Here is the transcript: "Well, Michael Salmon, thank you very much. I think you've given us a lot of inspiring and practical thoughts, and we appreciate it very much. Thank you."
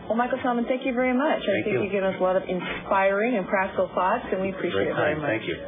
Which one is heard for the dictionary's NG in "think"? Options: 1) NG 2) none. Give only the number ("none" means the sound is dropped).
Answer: 2